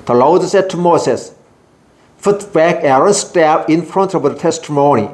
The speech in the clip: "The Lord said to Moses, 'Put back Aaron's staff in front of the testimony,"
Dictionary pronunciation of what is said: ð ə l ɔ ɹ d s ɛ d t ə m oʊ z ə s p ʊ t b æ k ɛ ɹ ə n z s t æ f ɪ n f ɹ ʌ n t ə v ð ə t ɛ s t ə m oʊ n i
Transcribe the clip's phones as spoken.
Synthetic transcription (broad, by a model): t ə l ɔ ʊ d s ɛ t ə m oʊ s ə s f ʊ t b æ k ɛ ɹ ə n s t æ p ɪ n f ɹ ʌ n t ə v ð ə t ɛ s t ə m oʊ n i